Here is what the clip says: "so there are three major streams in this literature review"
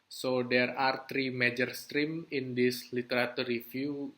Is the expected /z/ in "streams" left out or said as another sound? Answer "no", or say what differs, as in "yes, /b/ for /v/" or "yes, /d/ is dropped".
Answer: yes, /z/ is dropped